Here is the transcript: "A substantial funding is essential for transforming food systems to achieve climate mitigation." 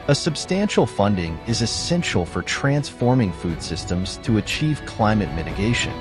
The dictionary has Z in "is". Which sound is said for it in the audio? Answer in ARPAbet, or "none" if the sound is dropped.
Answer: Z